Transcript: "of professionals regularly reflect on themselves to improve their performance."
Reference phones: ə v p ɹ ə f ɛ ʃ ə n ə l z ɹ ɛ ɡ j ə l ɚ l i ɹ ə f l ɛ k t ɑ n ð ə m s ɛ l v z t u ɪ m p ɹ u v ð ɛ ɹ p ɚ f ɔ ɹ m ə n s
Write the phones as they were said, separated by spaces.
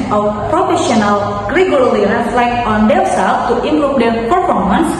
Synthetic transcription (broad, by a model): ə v p ɹ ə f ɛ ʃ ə n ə l ɹ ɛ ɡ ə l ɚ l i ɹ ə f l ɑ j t ɑ n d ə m s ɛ l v t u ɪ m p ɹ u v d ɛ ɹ p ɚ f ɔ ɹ m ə n s